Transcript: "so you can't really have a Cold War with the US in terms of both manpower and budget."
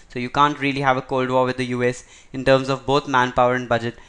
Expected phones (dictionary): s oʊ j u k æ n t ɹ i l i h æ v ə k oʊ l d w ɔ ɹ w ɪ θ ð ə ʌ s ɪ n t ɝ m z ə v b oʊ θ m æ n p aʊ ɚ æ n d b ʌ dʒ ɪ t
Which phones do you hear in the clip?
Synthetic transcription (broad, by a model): s oʊ j u k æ n t ɹ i l i h æ v ə k oʊ l d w ɔ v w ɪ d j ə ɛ s ɪ n t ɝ m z ə v b oʊ t m æ n p aʊ ɚ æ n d b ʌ dʒ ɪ t